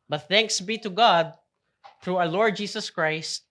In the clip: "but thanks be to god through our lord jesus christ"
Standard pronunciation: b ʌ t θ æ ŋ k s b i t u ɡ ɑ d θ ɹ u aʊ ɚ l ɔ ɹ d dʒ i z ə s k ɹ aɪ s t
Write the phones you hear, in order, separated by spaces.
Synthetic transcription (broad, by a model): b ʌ t θ æ ŋ k s b i t u ɡ ɑ d θ ɹ u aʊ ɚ l ɔ ɹ d dʒ i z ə s k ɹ aɪ s t